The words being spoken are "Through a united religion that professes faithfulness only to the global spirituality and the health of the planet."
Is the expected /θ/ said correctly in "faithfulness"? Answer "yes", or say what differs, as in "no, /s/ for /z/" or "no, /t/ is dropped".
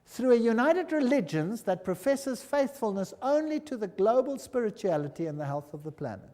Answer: yes